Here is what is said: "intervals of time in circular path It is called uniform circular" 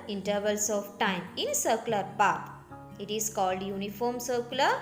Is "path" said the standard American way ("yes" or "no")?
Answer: no